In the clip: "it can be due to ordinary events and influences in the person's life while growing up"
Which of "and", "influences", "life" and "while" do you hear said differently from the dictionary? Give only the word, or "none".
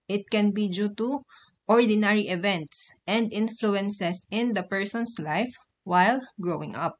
influences